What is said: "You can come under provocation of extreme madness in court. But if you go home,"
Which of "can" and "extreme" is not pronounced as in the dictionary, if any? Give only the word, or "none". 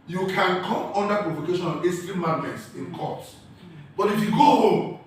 extreme